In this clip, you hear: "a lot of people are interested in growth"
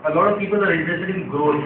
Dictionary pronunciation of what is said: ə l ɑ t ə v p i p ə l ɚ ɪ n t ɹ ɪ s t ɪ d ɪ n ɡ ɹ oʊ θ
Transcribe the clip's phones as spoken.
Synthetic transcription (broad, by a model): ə l ɑ t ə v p i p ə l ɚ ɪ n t ɪ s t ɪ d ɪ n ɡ ɹ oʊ